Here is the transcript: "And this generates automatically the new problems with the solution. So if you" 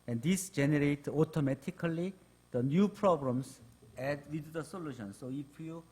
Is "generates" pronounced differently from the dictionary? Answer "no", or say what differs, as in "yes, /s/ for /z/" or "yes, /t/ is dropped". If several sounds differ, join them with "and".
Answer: yes, /s/ is dropped